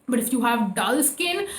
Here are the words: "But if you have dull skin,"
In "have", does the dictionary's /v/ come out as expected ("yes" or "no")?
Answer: yes